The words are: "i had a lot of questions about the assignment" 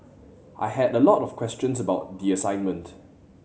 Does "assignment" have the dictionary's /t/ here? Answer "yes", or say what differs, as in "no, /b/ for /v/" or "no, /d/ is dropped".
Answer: yes